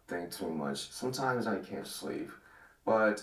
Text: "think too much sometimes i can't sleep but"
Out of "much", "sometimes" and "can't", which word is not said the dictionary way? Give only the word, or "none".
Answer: none